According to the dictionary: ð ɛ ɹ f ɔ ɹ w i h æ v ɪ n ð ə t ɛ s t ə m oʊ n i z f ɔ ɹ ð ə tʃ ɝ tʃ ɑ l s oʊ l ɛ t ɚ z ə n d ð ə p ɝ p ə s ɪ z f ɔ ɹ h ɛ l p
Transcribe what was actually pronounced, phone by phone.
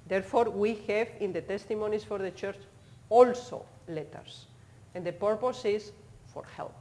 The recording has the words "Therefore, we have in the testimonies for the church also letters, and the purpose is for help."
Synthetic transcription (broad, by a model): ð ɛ ɹ f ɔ ɹ w i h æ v ɪ n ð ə t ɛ s t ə m oʊ n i s f ɔ ɹ ð ə tʃ ɝ tʃ ɑ l s oʊ l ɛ t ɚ s ə n d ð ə p ɝ p ə s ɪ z f ɔ ɹ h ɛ l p